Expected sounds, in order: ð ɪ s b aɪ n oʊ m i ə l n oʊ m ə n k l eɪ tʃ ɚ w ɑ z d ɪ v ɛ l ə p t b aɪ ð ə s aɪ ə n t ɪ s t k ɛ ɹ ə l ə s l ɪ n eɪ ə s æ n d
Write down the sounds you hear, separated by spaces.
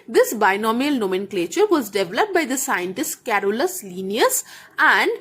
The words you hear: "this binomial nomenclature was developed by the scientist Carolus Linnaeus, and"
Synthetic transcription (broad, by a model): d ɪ s b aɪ n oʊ m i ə l n oʊ m ə n k l eɪ tʃ ɚ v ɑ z d ɪ v ɛ l ə p t b aɪ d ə s aɪ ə n t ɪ s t k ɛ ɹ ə l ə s l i n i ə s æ n d